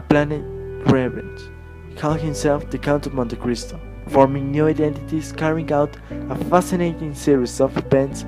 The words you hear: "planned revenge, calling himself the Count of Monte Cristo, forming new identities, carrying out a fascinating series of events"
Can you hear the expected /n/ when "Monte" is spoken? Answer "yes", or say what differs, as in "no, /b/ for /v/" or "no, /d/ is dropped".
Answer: yes